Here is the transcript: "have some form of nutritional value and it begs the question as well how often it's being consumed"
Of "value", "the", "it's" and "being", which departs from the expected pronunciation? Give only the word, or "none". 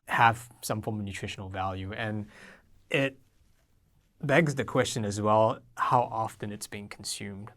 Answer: none